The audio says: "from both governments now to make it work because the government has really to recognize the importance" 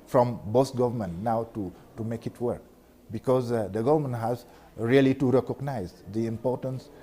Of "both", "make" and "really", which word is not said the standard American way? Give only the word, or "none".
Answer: both